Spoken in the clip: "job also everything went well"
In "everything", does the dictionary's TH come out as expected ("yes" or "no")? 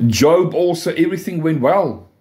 yes